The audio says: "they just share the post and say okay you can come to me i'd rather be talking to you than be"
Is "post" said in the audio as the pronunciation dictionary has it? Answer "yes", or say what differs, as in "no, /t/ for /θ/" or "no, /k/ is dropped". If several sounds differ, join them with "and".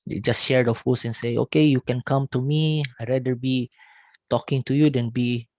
no, /f/ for /p/ and /t/ is dropped